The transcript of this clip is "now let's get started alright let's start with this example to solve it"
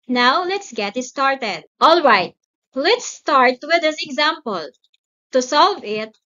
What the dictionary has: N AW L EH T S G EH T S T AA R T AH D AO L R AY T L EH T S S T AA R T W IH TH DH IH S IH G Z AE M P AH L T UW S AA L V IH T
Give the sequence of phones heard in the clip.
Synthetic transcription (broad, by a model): N AW L EH T S G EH T S T AA R T AH D AO L R AY T L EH T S S T AA R T W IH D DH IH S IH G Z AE M P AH L T UW S AA L V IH T